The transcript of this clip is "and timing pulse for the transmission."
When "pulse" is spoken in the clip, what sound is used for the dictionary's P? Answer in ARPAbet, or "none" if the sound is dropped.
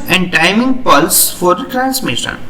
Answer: P